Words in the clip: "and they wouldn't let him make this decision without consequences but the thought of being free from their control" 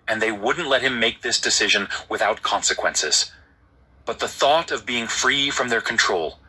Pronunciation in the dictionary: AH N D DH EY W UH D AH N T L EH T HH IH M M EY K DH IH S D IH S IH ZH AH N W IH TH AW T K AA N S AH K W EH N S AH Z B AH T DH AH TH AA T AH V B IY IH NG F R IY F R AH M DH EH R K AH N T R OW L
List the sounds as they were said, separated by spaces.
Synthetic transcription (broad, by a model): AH N DH EY W UH D N T L EH T HH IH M M EY K DH IH S D IH S IH ZH AH N W IH TH AW T K AA N S AH K W EH N S AH Z B AH T DH AH TH AA T AH V B IY IH NG F R IY F R AH M DH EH R K N T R OW L